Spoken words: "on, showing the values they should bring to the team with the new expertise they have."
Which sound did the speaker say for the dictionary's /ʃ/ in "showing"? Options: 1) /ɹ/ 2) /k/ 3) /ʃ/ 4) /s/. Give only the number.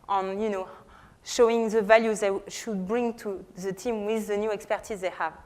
3